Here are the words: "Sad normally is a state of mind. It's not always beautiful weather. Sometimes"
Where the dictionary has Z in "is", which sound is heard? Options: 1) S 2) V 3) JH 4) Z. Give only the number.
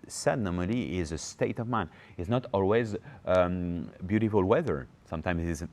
4